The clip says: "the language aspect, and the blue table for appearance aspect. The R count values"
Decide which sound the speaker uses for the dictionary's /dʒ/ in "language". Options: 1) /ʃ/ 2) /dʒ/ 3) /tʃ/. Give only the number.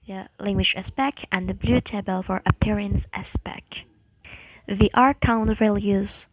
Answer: 1